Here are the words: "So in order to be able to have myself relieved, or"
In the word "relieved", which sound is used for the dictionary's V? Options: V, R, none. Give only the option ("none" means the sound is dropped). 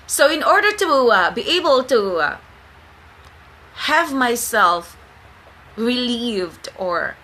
V